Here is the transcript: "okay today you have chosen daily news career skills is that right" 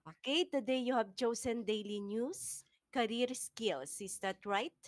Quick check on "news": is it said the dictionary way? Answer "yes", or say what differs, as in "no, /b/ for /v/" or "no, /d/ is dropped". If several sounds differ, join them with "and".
no, /s/ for /z/